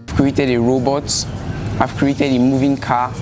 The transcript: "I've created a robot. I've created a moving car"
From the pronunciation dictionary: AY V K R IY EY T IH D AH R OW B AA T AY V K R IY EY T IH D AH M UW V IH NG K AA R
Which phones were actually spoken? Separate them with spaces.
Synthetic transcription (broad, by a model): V K R IY EY T IH D AH R OW B AA T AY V K R IY EY T IH D AH M UW V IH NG K AA